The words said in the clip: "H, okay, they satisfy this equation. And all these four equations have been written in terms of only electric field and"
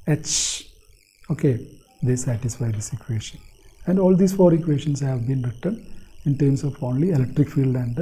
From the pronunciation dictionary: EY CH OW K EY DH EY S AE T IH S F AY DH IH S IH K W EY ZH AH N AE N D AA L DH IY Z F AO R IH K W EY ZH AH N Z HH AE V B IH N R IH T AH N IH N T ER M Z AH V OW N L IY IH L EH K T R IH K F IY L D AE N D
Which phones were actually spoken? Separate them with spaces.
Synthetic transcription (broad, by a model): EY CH OW K EY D EY S AE T IH S F AY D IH S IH K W EY SH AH N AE N D AA L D IY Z F AO R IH K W EY SH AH N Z HH AE V B IH N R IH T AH N IH N T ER M S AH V OW N L IY IH L EH K T R IH K F IY L D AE N D